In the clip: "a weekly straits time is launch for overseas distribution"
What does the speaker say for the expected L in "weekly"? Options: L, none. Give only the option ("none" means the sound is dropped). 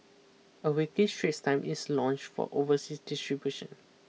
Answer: none